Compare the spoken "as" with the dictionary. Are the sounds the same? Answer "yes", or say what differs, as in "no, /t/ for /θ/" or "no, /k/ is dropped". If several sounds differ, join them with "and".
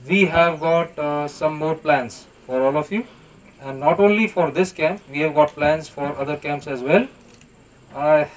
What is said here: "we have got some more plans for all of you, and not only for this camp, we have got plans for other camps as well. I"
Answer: yes